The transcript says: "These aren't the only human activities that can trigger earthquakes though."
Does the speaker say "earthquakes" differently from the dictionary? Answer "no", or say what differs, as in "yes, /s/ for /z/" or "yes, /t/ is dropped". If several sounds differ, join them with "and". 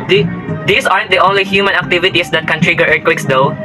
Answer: yes, /t/ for /θ/